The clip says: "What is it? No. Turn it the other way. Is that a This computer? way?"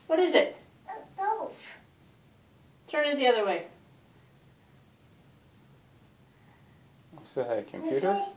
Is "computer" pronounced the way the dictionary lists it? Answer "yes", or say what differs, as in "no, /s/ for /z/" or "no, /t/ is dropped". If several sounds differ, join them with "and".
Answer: no, /p/ is dropped